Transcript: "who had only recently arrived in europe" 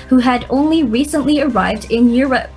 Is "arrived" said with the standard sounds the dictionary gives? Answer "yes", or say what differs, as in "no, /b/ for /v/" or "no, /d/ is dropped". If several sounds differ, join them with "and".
yes